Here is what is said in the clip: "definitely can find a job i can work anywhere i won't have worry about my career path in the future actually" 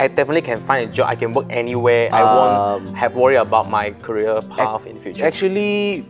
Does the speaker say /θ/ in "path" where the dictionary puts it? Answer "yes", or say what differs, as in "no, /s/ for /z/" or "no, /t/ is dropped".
no, /f/ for /θ/